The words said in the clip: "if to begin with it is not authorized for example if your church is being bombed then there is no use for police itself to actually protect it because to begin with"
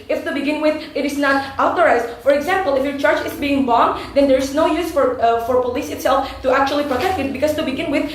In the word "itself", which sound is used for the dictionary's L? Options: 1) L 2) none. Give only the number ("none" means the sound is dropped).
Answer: 1